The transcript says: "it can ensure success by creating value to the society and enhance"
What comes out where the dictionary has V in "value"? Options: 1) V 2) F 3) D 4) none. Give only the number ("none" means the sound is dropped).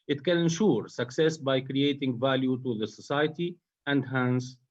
1